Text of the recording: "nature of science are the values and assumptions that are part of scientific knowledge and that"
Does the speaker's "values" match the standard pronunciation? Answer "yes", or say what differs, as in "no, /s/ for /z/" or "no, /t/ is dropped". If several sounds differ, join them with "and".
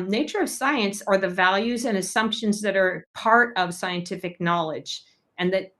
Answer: yes